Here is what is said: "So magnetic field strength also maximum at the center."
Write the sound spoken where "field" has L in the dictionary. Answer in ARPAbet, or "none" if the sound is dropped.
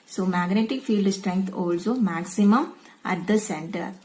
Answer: L